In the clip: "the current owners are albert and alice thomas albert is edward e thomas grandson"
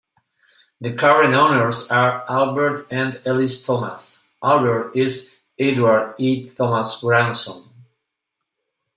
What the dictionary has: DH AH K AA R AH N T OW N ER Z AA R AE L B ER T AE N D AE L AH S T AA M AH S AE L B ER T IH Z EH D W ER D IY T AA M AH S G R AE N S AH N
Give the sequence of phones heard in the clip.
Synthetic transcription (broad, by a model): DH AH K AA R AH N OW N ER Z AA R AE L B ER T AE N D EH L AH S T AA M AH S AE L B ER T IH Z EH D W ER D IY T AA M AH S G R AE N S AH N